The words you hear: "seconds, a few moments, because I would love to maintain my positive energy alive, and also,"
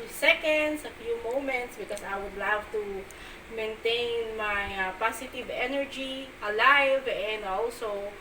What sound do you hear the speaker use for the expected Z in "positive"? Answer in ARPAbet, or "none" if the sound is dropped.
S